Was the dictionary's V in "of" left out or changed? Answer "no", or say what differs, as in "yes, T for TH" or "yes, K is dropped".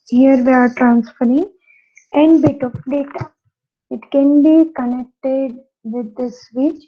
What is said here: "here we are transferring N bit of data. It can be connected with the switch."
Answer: yes, P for V